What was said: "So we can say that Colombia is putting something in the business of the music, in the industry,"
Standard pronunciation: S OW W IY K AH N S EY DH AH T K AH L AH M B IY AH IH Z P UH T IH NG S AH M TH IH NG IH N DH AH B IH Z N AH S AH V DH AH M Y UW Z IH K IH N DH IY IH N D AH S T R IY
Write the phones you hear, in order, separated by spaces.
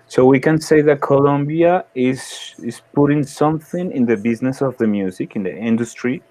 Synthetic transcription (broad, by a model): S OW W IY K AH N S EY DH AH T K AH L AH M B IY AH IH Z P UH T IH NG S AH M TH IH NG IH N DH AH B IH Z N AH S AH V DH AH M Y UW Z IH K IH N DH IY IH N D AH S T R IY